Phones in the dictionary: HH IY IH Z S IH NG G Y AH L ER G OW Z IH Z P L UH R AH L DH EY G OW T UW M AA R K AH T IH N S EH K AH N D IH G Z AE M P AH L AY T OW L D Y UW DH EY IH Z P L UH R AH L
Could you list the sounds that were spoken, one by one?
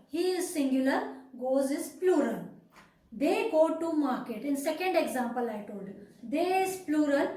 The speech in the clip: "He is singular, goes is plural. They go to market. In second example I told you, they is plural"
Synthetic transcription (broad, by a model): HH IY IH Z S IH NG G Y AH L ER G OW Z IH Z P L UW R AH L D EY G OW T UW M AA R K AH T IH N S EH K AH N D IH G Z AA M P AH L AY T OW L D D EY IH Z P L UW R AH L